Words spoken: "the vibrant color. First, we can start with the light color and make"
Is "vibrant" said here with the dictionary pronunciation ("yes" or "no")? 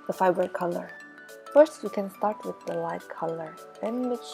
no